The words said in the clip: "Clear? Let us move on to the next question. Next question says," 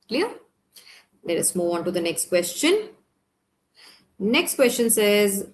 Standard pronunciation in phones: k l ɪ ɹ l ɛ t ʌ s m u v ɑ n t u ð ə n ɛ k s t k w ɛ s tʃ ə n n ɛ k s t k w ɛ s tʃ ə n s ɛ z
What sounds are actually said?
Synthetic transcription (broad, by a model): k l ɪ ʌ l ɛ t ʌ s m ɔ ɑ n t u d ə n ɛ k s t k w ɛ s tʃ ə n n ɛ k s t k w ɛ s tʃ ə n s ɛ z